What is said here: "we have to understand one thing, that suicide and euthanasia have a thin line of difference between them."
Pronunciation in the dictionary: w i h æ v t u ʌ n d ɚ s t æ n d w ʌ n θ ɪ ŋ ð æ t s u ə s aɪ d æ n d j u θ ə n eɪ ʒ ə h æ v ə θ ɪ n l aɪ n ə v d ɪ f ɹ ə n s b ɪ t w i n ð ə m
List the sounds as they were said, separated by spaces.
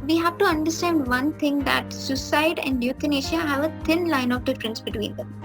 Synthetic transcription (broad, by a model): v i h æ v t u ʌ n d ɚ s t æ n d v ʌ n t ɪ ŋ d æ t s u s aɪ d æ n d j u t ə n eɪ ʃ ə h æ v ə t ɪ n l aɪ n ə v d ɪ f ɹ ə n s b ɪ t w i n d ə m